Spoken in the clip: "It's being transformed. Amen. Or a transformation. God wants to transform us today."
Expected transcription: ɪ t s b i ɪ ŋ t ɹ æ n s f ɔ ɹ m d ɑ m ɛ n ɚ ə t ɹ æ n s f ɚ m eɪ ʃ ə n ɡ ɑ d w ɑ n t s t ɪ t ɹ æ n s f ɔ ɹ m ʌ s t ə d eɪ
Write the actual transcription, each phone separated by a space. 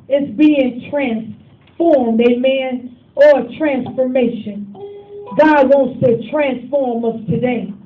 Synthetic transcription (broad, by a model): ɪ t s b i ɪ ŋ t ɹ æ n s f ɔ ɹ m d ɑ m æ n ɚ ə t ɹ æ n s f ɚ m eɪ ʃ ə n ɡ ɑ d w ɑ n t s t ɪ t ɹ æ n s f ɔ ɹ m ʌ s t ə d eɪ